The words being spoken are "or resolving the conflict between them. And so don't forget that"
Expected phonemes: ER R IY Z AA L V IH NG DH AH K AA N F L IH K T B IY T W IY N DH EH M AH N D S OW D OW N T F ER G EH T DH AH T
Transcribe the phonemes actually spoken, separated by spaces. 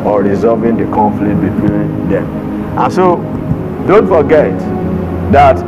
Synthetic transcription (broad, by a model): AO R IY Z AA V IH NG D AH K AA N F L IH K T B IY T W IY N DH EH M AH N S OW D OW N T F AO G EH T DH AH T